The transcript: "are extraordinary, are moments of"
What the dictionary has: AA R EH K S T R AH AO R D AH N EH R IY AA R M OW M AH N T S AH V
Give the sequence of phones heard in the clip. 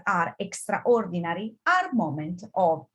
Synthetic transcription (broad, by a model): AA R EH K S T R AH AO R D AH N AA R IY AA R M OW M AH N T AH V